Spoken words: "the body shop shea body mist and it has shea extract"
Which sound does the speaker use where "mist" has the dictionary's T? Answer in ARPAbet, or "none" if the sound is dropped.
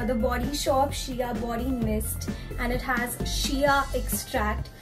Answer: T